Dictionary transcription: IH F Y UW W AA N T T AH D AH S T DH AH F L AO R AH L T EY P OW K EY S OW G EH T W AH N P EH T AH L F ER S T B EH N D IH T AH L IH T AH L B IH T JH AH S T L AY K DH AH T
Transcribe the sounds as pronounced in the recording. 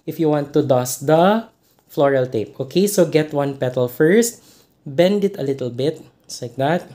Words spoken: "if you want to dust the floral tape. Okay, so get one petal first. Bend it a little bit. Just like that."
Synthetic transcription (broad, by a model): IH F Y UW W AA N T T AH D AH S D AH F L AO R AH L T EY P OW K EY S OW G EH T W AH N P EH T AH L F ER S T B EH N D IH T AH L IH T AH L B IH T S L AY K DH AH T